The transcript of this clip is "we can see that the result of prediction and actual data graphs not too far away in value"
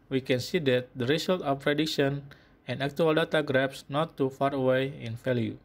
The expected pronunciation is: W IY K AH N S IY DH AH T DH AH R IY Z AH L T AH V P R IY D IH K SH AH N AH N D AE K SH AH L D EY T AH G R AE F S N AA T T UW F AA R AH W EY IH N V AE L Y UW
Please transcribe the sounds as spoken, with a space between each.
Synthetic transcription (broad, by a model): W IY K AH N S IY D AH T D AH R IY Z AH L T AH F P R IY D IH K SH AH N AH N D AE K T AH L D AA T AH G R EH P S N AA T T UW F AA R AH W EY IH N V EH L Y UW